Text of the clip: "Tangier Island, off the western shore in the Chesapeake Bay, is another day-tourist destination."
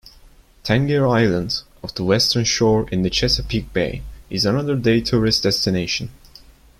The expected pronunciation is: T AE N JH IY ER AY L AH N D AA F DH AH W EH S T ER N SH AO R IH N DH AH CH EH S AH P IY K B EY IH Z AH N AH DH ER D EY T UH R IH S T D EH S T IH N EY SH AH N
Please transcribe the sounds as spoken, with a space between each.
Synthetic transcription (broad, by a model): T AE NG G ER AY L AH N D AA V DH AH W EH S T ER N SH AO R IH N DH AH CH EH S AH P IY K B EY IH Z AH N AH DH ER D EY T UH R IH S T D EH S T IH N EY SH AH N